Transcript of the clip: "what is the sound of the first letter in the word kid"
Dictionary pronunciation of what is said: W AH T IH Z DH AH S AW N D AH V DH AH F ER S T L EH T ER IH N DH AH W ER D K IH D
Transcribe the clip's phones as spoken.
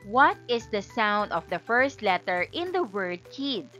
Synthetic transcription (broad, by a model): W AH T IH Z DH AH S AW N D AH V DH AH F ER S T L EH T ER IH N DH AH W ER D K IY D